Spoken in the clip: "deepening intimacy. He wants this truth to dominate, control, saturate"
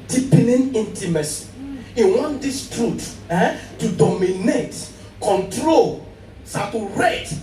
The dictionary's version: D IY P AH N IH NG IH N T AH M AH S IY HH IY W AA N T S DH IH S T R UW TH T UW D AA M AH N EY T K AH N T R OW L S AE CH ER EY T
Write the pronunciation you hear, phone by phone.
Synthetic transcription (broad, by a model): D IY P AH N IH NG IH N T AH M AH S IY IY W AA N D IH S T R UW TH T UW D AA M AH N EY T K AH N T R OW L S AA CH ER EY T